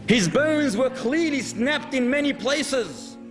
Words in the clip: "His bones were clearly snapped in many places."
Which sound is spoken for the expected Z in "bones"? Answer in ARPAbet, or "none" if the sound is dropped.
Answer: Z